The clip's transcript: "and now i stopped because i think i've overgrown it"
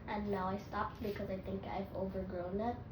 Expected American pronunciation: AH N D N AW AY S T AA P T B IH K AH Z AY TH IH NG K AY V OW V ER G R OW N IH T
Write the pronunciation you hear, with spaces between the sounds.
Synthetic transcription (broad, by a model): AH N N AW AY S T AA P T B IH K AH Z AY TH IH NG K AY V OW V ER G R OW N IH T